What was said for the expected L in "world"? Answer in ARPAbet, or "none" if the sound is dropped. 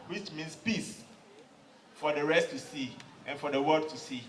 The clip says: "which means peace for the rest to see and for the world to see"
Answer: none